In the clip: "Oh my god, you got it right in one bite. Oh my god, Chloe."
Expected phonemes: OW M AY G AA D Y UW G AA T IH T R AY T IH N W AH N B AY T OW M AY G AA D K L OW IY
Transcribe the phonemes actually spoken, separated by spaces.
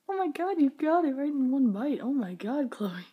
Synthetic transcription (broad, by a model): OW M AY G AA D Y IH G AA T IH T R AY T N W AH N B AY T OW M AY G AA D K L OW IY